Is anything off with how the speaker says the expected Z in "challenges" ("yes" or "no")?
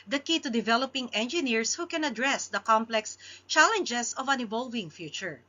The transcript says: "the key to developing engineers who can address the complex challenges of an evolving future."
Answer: yes